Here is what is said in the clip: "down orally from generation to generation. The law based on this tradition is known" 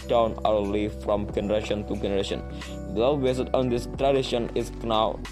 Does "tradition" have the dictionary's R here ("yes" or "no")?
yes